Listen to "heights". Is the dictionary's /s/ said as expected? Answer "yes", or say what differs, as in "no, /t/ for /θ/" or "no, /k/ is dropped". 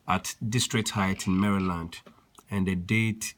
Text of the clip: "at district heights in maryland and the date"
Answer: no, /s/ is dropped